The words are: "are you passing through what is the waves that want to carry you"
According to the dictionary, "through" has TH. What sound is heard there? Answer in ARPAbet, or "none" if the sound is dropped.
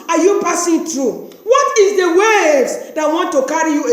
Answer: T